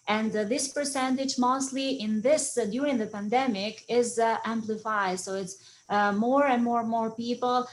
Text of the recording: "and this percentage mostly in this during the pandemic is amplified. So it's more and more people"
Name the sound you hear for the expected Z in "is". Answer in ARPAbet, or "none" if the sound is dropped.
Z